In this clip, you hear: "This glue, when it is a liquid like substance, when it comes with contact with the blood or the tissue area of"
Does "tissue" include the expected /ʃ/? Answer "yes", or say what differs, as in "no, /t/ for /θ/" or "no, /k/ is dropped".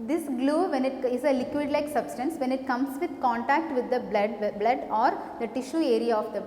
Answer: yes